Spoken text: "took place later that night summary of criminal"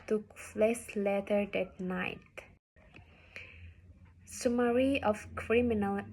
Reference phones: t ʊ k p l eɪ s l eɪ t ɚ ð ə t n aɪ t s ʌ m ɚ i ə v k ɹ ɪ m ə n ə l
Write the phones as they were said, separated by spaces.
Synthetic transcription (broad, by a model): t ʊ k f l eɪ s l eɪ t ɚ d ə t n aɪ t s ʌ m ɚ i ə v k ɹ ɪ m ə n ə l